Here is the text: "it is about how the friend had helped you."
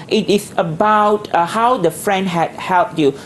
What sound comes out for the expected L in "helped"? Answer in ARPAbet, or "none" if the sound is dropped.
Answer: L